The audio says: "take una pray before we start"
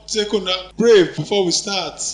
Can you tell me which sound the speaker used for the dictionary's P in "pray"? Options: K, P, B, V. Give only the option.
B